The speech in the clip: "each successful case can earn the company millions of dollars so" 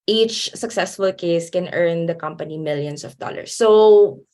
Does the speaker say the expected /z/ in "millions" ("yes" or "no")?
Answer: no